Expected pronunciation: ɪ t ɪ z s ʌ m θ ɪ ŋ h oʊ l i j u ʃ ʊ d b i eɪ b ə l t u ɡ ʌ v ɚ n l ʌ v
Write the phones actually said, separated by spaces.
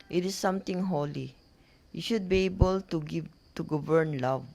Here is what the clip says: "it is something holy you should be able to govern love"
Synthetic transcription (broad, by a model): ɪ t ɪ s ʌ m t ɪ ŋ h oʊ l i j u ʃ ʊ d b i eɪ b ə l t u ɡ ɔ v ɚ n l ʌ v